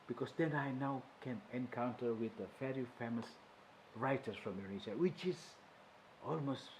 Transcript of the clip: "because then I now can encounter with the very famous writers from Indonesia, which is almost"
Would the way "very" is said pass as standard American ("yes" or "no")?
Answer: no